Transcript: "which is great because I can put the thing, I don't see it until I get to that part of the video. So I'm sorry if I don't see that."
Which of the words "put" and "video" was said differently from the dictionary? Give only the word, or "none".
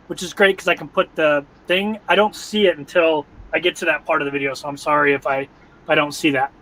none